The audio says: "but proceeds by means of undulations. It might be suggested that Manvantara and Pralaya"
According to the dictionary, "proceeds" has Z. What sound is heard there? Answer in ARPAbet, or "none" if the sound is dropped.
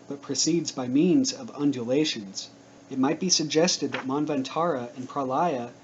Z